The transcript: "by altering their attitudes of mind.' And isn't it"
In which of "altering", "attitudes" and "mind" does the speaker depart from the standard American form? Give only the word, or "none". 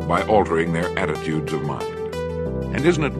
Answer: none